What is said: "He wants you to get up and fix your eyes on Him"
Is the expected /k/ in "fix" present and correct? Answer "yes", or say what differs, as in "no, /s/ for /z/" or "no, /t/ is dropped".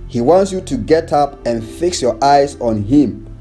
yes